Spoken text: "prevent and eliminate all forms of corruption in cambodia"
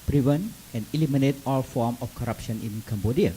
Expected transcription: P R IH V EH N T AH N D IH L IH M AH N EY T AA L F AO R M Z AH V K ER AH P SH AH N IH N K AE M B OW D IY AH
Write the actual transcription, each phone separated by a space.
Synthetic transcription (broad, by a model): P R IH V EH N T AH N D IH L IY M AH N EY T AA L F AO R M AH F K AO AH P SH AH N IH N K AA M B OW D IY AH